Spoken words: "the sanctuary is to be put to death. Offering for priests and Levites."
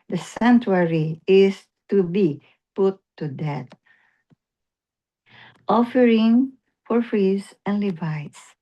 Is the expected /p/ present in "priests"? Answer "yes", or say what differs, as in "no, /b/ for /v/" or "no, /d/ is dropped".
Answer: no, /f/ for /p/